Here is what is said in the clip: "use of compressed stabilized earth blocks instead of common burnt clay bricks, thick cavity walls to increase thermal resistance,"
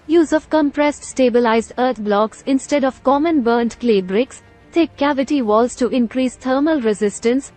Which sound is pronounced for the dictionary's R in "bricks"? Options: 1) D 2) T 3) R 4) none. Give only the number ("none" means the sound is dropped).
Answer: 3